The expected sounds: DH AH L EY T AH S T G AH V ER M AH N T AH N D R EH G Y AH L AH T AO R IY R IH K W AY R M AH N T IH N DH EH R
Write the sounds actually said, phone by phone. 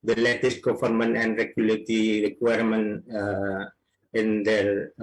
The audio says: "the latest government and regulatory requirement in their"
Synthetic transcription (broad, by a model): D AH L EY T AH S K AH F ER M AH N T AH N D R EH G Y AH L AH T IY R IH K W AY R M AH N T IH N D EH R